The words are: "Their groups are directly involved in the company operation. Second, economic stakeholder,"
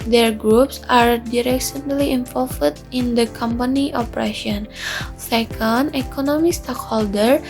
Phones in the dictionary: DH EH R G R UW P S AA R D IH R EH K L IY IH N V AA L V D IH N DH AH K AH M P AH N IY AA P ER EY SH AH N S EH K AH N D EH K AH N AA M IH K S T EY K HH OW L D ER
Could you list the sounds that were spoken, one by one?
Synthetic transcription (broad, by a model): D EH R G R UW P S AA R D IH R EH K L IY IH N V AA L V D IH N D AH K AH M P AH N IY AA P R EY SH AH N S EH K AH N D EH K AH N AA M IH K S T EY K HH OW L D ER